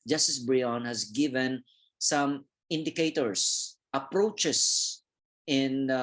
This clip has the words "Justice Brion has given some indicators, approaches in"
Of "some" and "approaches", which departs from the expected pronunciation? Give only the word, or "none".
approaches